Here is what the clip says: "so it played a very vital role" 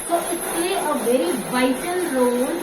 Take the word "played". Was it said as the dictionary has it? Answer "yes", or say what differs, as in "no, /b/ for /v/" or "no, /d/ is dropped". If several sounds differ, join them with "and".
no, /d/ is dropped